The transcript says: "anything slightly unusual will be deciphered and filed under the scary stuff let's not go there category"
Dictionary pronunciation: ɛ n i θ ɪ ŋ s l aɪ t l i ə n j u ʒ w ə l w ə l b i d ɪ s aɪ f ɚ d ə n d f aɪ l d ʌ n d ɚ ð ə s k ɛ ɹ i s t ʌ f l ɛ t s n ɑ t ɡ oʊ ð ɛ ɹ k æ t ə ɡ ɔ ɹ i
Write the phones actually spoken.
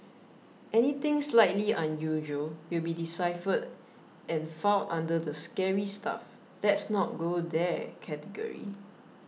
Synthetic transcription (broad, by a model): ɛ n i t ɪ ŋ s l aɪ t l i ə n j u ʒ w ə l w ə l b i d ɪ s aɪ f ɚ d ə n f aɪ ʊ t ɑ n d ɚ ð ə s k ɛ ɹ i s t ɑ f l ɛ t s n ɑ t ɡ oʊ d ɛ k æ t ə ɡ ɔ ɹ i